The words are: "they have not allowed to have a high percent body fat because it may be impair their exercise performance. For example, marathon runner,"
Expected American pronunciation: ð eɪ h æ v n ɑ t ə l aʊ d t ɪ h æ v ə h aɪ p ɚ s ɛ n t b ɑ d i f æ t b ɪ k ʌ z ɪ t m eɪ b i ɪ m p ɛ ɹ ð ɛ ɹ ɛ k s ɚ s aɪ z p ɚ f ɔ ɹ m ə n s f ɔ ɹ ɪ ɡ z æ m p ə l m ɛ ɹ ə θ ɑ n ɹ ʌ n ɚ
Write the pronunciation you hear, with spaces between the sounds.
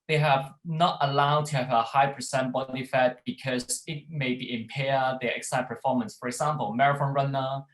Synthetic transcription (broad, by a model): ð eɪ h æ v n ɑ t ə l aʊ d t ɪ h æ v ə h aɪ p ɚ s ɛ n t b ɑ d i f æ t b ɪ k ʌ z ɪ t m eɪ b i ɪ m p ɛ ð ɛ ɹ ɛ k s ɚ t p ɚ f ɔ ɹ m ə n s f ɔ ɹ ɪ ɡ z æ m p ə l m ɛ ɹ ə f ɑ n ɹ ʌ n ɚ